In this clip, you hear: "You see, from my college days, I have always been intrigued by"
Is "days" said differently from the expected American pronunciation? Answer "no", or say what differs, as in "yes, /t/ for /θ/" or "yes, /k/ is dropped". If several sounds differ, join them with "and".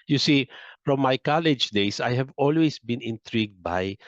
yes, /s/ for /z/